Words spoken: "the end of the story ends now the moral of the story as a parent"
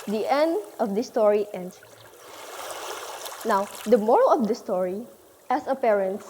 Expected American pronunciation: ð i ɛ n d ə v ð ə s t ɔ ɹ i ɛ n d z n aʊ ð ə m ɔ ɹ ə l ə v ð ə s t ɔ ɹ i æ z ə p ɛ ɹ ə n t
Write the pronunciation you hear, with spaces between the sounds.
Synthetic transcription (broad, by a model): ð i ɛ n d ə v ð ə s t ɔ ɹ i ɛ n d n aʊ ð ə m ɔ ɹ ə l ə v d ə s t ɔ ɹ i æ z ə p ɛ ɹ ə n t